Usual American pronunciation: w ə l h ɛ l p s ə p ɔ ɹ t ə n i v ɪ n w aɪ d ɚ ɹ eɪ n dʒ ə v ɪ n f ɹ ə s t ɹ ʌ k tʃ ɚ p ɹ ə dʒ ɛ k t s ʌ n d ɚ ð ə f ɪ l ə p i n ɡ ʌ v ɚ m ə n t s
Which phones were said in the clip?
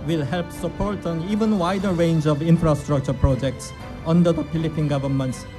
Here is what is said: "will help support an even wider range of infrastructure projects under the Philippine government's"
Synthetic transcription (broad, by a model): w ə l h ɛ l p s ə p ɔ ɹ t ə n i v ɪ n w aɪ d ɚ ɹ eɪ n dʒ ə v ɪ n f ɹ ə s t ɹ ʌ k tʃ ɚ p ɹ ə dʒ ɛ k t s ʌ n d ɚ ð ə p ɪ l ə p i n ɡ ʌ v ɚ m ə n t s